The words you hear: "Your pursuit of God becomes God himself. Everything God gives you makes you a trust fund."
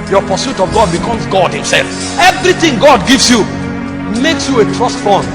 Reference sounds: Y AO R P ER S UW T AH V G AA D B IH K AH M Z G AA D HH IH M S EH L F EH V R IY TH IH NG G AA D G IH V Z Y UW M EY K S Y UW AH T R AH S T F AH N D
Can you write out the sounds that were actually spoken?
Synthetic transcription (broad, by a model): Y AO P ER S UW T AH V G AA D B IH K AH M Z G AA D HH IH M S EH L F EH V R IY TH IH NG G AA D G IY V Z Y UW M EY K S Y UW AH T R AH S T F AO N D